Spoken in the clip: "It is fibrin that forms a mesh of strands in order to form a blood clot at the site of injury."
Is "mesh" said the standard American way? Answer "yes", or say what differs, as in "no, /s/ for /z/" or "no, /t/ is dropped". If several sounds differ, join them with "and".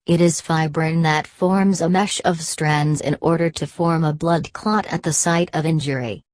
yes